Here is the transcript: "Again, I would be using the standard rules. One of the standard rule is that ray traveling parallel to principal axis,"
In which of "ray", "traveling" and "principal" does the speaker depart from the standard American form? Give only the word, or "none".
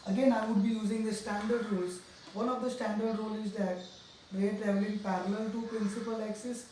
traveling